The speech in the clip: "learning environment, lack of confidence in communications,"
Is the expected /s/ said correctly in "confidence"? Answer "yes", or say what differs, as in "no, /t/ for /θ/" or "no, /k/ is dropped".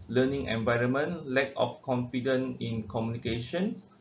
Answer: no, /s/ is dropped